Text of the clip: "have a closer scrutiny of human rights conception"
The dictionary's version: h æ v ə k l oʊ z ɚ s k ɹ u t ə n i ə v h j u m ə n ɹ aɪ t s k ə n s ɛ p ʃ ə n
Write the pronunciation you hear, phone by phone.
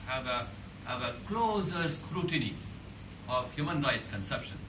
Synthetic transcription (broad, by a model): h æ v ə k l oʊ z ɚ s k ɹ u t ə n i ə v h j u m ə n ɹ aɪ t s k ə n s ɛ p ʃ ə n